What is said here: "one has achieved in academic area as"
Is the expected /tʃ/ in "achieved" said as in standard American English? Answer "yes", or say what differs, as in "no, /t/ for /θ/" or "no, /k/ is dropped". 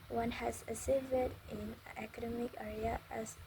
no, /s/ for /tʃ/